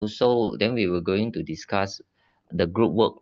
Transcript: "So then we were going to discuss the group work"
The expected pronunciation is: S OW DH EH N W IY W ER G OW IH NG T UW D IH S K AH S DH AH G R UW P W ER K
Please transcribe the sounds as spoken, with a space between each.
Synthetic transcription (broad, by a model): S OW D EH N W IY W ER G OW IH NG T UW D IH S K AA S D AH G R UW P W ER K